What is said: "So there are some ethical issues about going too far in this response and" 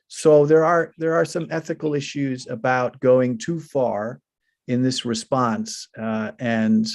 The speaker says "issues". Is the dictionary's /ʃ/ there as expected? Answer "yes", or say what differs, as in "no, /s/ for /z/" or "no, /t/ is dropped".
yes